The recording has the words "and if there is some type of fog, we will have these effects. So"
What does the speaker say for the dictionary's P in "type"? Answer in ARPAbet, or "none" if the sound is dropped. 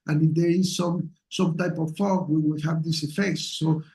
P